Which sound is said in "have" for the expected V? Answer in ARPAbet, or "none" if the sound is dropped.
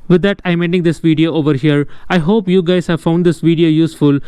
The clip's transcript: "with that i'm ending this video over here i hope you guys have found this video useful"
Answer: V